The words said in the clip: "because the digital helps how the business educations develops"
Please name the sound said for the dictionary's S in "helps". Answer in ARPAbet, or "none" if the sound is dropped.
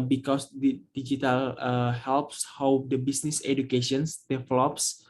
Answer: S